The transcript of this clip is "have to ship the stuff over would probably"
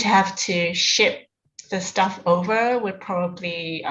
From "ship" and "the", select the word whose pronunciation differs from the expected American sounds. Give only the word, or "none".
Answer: none